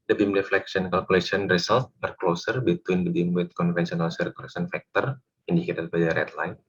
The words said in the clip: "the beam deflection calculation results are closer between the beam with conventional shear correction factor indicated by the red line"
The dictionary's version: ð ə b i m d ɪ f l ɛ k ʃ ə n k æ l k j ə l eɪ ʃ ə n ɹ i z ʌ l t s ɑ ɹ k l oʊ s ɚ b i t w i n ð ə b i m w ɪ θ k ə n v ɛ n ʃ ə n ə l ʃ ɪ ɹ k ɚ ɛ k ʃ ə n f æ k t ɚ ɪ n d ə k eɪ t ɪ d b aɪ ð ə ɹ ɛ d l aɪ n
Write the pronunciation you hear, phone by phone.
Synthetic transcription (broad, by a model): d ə b i m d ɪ f l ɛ k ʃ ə n k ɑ l k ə l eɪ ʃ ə n ɹ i s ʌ l t ɑ ɹ k l oʊ s ɚ b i t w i n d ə b i m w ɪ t k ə n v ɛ n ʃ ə n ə l s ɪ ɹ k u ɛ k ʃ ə n f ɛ k t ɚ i n d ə k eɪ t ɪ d b aɪ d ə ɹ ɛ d l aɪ n